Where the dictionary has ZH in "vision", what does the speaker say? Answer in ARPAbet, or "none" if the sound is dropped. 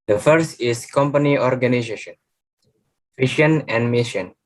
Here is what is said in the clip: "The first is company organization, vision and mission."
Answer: SH